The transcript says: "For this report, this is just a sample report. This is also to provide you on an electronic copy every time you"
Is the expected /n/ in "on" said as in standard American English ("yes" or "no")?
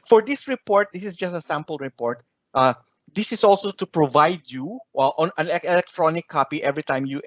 yes